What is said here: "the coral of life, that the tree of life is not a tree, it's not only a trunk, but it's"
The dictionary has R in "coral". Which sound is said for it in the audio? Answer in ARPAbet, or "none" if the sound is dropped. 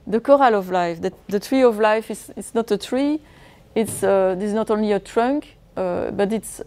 R